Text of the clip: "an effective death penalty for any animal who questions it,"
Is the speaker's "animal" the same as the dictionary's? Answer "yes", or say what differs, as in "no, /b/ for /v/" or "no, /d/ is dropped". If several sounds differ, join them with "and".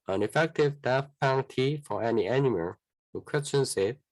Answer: yes